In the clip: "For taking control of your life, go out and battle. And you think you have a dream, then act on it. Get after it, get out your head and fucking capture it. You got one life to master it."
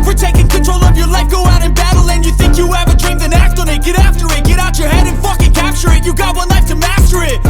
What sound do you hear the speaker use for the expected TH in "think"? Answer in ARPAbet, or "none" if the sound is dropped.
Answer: TH